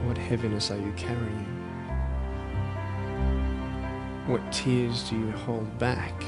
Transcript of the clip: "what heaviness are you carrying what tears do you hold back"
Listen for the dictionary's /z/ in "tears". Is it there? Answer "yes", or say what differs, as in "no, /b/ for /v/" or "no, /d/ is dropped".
yes